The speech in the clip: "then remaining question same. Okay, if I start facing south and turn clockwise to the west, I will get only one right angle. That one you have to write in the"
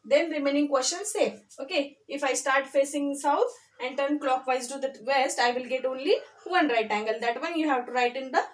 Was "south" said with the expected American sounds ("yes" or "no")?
no